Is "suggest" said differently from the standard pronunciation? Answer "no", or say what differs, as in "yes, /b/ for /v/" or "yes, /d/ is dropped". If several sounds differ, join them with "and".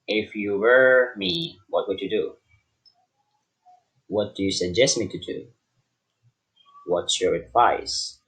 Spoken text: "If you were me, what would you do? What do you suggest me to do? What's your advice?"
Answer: no